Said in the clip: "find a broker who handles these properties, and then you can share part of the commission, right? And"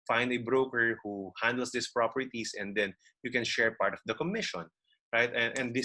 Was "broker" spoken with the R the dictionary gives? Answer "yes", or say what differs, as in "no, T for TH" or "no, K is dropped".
yes